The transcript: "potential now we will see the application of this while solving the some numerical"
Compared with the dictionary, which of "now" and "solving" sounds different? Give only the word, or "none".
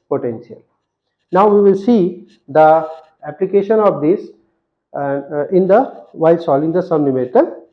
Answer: solving